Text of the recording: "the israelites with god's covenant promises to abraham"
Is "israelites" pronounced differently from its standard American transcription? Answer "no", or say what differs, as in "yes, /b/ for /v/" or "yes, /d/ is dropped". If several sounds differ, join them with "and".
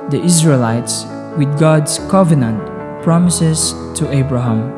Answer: no